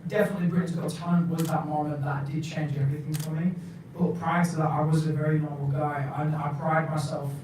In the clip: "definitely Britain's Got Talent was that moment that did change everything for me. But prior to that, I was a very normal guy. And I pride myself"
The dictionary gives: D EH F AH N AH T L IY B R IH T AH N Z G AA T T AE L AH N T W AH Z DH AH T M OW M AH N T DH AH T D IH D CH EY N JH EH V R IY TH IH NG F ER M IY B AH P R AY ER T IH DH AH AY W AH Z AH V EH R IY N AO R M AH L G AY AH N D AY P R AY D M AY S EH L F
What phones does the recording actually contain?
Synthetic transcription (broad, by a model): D EH F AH N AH T L IY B R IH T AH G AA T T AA AH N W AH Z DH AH T M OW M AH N DH AH T D IH D CH EY N JH EH V R IY TH IH NG F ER M IY B AH P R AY IH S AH AY W AH Z AH V EH R IY N AO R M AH L G AY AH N AY P R AY D M AY S EH L F